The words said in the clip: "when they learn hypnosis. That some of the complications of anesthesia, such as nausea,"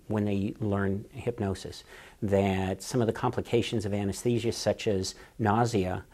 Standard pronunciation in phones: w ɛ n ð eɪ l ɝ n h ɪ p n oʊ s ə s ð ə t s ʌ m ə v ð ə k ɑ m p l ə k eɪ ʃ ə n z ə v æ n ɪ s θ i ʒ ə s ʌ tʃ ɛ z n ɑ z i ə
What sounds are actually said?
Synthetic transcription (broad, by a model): w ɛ n ð eɪ l ɝ n h ɪ p n oʊ s ə s ð ə t s ʌ m ə v ð ə k ɑ m p l ə k eɪ ʃ ə n z ə v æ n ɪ s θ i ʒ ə s ʌ tʃ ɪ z n ɑ z i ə